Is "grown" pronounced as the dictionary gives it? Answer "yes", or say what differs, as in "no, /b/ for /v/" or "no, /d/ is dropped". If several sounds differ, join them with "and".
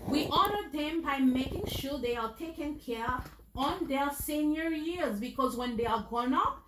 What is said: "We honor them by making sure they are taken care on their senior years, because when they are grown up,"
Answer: no, /ɹ/ is dropped